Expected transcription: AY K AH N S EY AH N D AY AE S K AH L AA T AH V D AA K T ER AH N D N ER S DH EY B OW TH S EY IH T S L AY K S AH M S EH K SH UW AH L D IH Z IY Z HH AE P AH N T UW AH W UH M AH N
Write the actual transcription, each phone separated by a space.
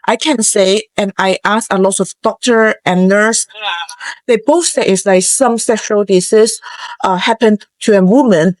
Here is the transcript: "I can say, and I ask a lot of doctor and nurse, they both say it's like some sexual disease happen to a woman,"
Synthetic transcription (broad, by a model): AY K AH N S EY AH N AY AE S AH L AA T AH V D AA K T ER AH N N ER S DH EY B OW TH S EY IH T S L AY K S AH M S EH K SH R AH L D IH S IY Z HH AE P AH N T UW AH W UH M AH N